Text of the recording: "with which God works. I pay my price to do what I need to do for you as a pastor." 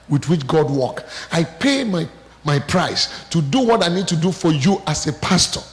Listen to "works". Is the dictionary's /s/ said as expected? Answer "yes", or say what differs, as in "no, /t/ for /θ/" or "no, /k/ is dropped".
no, /s/ is dropped